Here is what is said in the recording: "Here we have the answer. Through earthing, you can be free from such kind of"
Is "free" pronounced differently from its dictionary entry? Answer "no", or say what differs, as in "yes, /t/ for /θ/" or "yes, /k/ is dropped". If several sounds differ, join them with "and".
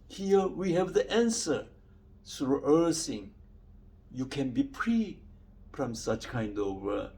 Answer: yes, /p/ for /f/